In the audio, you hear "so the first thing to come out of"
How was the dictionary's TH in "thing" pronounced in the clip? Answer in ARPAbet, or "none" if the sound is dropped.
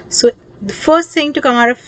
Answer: S